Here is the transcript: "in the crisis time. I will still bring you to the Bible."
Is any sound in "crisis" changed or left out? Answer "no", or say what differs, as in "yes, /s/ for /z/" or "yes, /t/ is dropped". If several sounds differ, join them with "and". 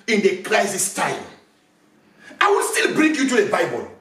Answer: yes, /l/ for /ɹ/